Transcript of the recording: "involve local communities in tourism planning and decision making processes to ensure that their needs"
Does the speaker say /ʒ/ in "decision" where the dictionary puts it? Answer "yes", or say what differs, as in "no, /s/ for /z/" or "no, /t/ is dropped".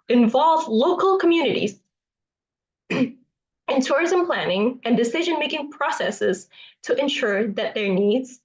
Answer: yes